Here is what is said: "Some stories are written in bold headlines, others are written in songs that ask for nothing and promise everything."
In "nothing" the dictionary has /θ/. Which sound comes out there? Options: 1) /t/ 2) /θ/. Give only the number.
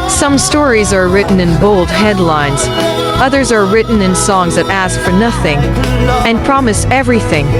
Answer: 2